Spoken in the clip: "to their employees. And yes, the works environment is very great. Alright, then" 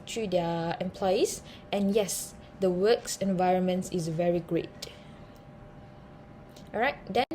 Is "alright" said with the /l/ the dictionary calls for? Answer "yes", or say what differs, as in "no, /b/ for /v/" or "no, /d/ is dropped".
no, /l/ is dropped